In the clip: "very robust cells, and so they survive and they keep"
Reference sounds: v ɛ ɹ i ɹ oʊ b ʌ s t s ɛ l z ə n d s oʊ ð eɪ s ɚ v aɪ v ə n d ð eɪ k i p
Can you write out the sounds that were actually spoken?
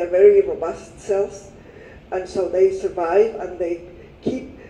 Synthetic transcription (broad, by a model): v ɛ ɹ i ɹ oʊ b ʌ s t s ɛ l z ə n s oʊ ð eɪ s ɚ v aɪ v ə n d ð eɪ k i p